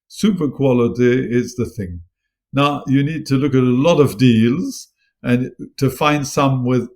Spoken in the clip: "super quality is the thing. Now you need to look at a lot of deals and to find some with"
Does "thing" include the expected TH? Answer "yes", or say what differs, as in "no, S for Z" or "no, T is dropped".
yes